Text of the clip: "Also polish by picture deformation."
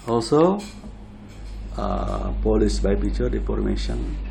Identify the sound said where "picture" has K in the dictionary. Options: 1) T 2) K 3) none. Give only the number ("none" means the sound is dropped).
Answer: 3